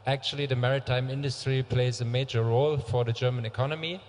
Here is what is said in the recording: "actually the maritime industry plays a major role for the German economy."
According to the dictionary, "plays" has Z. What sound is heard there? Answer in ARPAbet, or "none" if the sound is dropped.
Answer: Z